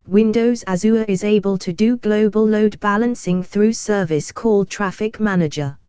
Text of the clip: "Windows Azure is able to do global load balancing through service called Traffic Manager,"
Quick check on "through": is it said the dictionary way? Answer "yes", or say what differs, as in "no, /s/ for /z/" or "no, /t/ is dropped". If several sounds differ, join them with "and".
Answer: yes